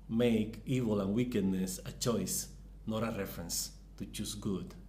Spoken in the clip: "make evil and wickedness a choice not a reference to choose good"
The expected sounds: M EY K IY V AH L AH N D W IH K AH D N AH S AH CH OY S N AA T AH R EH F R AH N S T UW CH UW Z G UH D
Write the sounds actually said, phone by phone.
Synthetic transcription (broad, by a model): M EY K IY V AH L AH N W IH K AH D N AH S AH CH OY S N AA T AH R EH F R AH N S T UW CH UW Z G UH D